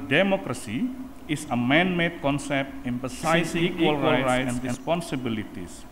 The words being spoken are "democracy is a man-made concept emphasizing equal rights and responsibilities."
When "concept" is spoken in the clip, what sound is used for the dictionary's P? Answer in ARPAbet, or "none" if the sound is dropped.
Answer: P